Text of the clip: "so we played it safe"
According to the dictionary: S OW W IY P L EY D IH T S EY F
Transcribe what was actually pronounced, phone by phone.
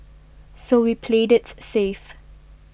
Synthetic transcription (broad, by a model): S OW W IY P L EY D IH T S EY F